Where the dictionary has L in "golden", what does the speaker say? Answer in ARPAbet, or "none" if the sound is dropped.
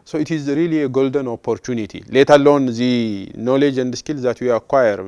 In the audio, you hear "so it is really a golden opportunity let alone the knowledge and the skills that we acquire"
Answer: L